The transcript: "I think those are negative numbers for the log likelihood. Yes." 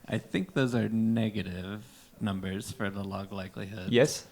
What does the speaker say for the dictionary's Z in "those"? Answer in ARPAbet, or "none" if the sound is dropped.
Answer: Z